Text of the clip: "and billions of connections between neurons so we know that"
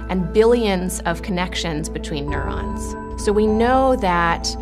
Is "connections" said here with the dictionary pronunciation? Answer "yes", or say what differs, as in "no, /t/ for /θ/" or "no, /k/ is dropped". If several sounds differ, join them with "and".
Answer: yes